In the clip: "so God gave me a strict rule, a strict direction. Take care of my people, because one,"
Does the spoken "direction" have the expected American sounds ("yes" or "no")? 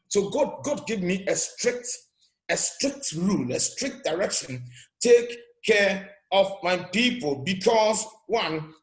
yes